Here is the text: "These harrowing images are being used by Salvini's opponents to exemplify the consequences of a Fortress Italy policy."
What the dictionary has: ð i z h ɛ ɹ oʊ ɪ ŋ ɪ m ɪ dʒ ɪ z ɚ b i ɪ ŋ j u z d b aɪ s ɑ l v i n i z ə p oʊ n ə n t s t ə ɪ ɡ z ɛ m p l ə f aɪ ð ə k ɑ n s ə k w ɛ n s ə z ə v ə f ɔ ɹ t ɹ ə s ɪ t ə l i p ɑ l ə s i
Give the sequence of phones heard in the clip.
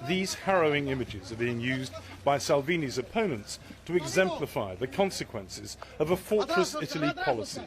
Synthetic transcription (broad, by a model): ð i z h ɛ ɹ oʊ ɪ ŋ ɪ m ɪ dʒ ɪ z ɚ b i ɪ ŋ j u z b aɪ s ɑ l v i n i z ə p oʊ n ə n t s t ə ɪ ɡ z ɛ m p l ə f aɪ ð ə k ɑ n s ə k w ɛ n s ə z ə v ə f ɔ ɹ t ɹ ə s ɪ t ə l i p ɑ l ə s i